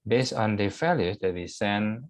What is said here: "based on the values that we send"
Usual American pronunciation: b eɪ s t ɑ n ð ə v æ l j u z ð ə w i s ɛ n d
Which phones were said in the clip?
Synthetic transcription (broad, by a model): b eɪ s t ɑ n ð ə f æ l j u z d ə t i s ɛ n